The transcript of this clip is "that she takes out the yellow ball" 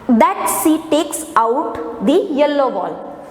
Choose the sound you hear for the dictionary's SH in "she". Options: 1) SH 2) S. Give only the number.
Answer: 2